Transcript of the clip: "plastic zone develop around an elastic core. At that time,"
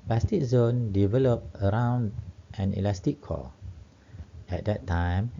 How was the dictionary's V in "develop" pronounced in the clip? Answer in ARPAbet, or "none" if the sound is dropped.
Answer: V